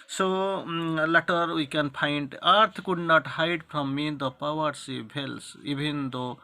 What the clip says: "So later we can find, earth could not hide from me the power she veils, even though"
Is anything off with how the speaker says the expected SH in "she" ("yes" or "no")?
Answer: yes